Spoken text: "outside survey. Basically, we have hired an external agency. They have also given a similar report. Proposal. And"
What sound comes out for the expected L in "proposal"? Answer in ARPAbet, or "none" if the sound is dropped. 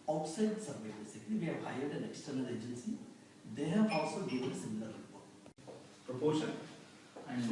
N